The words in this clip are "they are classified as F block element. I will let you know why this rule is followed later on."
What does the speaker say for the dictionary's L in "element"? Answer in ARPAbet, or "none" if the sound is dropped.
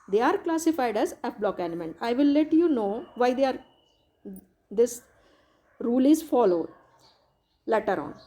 N